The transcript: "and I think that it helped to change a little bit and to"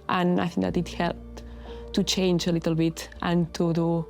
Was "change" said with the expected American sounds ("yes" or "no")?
yes